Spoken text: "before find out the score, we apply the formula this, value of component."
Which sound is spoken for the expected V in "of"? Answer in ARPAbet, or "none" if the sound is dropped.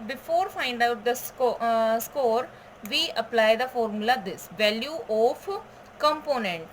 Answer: P